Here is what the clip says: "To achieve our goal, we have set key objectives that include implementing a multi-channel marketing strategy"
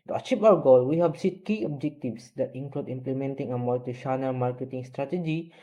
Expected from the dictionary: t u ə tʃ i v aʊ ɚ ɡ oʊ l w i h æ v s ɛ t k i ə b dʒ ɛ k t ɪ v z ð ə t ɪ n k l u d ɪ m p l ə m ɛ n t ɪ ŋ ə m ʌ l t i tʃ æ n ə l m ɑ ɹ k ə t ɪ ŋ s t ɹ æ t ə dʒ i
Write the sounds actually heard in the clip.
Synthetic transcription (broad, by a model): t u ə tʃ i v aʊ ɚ ɡ oʊ l w i h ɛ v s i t k i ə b dʒ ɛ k t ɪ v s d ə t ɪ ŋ k l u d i m p l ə m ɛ n t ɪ ŋ ə m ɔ t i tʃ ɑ n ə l m ɑ ɹ k ə t ɪ ŋ s t ɹ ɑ t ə dʒ i